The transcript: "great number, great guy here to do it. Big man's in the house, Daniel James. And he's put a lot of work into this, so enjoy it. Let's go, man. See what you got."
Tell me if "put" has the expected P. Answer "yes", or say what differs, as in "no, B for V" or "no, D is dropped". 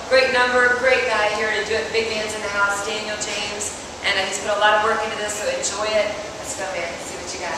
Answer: no, B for P